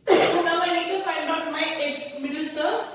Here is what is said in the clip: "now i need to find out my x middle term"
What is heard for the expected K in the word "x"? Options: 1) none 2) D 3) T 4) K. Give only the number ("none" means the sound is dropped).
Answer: 1